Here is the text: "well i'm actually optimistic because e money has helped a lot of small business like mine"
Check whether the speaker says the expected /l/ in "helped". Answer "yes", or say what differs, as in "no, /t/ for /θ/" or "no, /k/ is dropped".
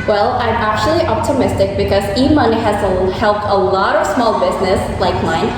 yes